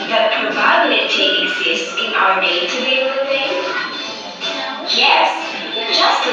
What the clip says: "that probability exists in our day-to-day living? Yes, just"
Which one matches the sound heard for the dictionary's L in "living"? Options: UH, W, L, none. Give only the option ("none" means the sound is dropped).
W